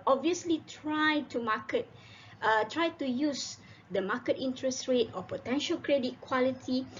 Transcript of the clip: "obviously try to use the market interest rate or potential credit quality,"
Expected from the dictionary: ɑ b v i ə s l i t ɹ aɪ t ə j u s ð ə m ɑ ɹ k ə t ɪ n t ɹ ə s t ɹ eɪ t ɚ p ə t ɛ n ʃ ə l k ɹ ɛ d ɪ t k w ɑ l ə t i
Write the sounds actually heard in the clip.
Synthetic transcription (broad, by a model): ɑ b v i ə s l i t ɹ aɪ t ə j u s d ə m ɑ k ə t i n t ɹ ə s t ɹ eɪ t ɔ p ə t ɛ n ʃ ə l k ɹ ɛ d ɪ t k w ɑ l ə t i